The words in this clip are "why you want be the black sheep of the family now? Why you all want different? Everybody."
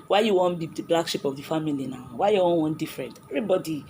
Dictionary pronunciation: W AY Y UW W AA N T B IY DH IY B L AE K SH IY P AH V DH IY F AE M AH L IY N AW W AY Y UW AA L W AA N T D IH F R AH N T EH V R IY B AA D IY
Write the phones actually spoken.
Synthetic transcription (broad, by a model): W AY Y UW W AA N B IY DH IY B L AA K SH IY P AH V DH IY F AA M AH L IY N AW W AY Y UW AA N W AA N D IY F R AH N T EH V R IY B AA D IY